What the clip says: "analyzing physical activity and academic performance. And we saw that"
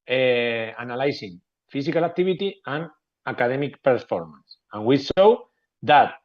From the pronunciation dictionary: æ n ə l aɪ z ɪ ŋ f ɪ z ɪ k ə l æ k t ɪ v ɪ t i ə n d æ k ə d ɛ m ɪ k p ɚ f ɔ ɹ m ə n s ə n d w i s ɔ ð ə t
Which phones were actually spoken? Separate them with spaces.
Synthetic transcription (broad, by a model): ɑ n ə l aɪ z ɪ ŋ f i s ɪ k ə l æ k t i b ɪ t i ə n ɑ k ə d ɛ m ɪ k p ɚ f ɔ ɹ m ə n s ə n w i ʃ ɔ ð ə t